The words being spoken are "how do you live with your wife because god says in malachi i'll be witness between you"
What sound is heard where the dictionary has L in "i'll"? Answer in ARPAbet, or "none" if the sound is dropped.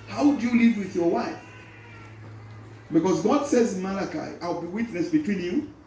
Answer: L